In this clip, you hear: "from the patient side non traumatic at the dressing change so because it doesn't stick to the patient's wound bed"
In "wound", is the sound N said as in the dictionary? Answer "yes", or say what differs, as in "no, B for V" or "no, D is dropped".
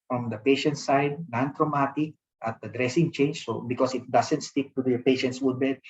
no, N is dropped